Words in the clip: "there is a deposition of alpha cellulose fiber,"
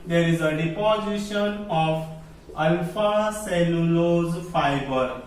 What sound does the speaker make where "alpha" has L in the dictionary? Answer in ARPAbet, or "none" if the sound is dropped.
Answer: none